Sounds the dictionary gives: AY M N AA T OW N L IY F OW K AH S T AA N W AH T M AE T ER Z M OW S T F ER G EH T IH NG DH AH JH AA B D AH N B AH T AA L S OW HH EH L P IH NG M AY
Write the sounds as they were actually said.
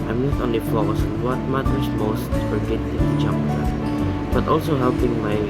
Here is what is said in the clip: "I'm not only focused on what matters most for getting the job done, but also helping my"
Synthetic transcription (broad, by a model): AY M N AA T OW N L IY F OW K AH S AA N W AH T M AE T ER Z M OW S T F ER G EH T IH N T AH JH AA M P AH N B AH T AA L S OW HH EH L P IH NG M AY